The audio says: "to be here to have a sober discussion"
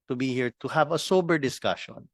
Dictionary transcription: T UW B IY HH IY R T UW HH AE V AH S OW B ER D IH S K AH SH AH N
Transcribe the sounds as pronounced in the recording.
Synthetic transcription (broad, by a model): T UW B IY HH IY R T UW HH AE V AH S OW B ER D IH S K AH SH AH N